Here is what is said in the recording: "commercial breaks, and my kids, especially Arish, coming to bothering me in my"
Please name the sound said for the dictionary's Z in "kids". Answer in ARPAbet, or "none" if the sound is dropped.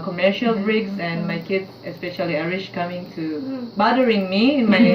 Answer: none